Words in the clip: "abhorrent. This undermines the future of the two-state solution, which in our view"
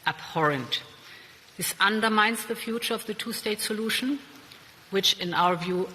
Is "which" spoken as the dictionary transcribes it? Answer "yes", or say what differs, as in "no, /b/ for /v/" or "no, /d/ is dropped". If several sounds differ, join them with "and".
yes